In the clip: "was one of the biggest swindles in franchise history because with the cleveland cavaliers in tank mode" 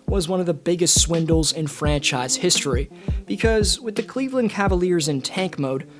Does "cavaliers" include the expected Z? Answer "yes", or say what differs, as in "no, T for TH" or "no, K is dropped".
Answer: yes